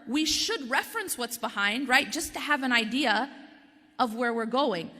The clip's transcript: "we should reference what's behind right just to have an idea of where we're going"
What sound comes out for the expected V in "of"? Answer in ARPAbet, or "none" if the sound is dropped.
V